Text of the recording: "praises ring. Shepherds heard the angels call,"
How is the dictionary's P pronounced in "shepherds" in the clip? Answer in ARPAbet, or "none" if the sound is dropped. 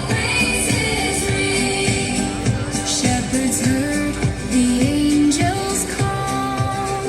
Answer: P